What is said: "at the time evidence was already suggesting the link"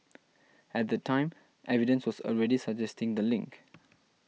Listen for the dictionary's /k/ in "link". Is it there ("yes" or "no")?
yes